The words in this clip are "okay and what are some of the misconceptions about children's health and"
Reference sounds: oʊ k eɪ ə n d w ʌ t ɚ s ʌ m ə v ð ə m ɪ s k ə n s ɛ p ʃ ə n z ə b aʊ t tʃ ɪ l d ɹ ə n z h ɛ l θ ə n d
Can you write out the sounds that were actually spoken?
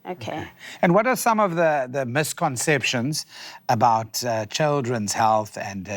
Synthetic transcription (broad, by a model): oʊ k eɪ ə n w ʌ t ɚ s ʌ m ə v ð ə m ɪ s k ə n s ɛ p ʃ ə n z ə b aʊ t tʃ ɪ l d ɹ ə n z h ɛ l θ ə n